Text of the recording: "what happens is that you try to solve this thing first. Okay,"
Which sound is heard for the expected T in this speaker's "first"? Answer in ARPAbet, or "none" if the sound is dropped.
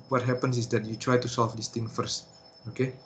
T